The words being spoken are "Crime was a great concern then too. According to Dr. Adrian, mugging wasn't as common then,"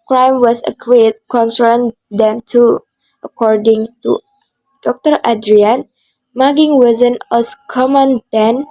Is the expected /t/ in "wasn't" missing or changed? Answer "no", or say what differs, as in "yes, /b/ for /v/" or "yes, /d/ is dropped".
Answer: yes, /t/ is dropped